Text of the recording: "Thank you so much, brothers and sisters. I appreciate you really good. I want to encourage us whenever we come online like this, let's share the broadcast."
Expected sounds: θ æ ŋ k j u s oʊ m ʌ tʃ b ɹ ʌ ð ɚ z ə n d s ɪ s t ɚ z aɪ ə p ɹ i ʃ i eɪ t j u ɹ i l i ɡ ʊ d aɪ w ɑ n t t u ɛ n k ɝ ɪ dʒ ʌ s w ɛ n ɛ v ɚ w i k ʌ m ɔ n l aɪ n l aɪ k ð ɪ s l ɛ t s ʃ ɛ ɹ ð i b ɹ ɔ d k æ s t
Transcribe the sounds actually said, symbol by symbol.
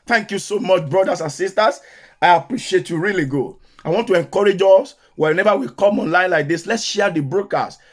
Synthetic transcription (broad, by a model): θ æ ŋ k j u s oʊ m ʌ tʃ b ɹ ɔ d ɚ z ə n s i s t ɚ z aɪ ə p ɹ i ʃ i eɪ t j u ɹ i l i ɡ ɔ aɪ w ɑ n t t u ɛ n k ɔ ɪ dʒ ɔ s w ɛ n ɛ v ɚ w i k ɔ m ɔ n l aɪ n l aɪ k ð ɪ s l ɛ t s ʃ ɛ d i b ɹ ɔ k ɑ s